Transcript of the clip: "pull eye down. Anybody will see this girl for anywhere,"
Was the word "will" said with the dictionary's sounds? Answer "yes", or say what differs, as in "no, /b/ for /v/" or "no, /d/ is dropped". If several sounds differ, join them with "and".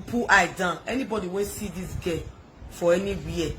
no, /n/ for /l/